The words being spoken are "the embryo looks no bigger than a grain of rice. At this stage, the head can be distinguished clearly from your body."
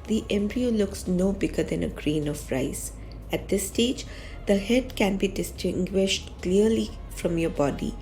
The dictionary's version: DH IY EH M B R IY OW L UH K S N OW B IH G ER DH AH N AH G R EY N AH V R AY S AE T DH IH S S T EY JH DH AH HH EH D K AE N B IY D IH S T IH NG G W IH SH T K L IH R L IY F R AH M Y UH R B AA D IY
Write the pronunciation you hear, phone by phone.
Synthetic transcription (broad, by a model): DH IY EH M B R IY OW L UH K S N OW B IH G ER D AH N AH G R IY N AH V R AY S AE T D IH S S T EY JH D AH HH EH D K AE N B IY D IH S T IH NG G W IH SH T K L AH R L IY F R AH M Y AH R B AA D IY